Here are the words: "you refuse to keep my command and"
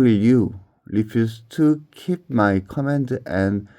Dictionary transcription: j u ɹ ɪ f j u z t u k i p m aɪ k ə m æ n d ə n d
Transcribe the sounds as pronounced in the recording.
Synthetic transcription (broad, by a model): j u l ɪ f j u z t u k i p m aɪ k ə m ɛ n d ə n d